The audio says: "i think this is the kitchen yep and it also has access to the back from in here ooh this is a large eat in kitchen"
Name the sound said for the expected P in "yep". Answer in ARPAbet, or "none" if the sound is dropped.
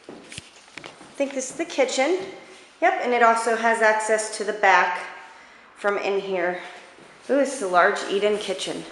P